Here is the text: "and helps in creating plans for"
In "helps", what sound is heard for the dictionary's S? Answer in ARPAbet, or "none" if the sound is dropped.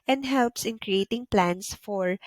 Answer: S